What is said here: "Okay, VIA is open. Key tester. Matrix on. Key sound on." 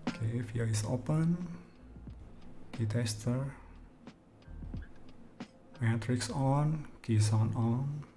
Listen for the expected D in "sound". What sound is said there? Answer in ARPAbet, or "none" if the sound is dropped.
none